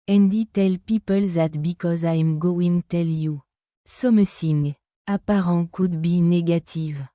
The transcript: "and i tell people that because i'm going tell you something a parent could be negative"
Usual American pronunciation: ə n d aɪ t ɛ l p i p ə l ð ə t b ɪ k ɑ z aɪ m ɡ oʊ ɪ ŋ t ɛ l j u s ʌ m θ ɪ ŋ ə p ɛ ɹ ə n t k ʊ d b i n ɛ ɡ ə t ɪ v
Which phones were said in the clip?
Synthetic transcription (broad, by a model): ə n d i t ɛ l p i p ə l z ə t b ɪ k ɑ z aɪ m ɡ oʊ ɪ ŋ t ɛ l j u s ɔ m s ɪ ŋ ə p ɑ ɹ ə k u d b i n ɛ ɡ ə t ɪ v